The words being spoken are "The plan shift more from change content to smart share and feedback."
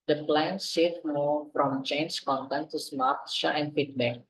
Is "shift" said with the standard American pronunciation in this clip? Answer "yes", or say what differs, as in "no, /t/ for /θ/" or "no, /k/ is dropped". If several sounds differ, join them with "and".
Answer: no, /s/ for /ʃ/ and /f/ is dropped